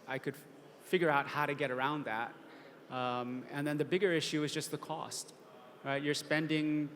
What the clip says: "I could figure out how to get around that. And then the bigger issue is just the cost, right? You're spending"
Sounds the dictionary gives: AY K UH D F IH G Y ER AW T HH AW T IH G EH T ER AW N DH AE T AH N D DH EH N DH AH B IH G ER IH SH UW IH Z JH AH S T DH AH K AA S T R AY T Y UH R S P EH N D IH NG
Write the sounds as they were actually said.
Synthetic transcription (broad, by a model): AY K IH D F IH G Y ER AW T HH AW T IH G EH T ER AW N DH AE T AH N DH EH N DH AH B IH G ER IH SH UW IH Z JH AH S T DH AH K AA S T R AY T Y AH R S P EH N D IH NG